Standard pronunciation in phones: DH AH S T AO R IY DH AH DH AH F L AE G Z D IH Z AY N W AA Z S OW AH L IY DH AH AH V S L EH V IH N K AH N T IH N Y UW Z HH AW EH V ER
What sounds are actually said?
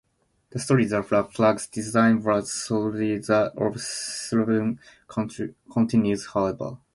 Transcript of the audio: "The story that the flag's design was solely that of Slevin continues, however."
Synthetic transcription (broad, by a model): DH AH S T AO R IY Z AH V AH F L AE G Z D IH Z AY N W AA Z S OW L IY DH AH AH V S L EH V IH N K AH N T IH N Y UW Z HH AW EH B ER